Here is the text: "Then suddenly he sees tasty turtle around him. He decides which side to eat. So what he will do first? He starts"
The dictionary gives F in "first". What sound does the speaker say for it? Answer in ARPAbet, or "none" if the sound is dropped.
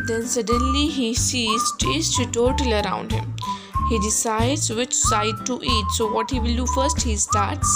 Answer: F